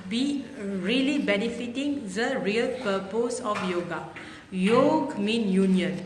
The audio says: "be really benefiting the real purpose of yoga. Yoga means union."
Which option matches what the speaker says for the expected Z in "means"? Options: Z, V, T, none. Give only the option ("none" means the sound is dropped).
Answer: none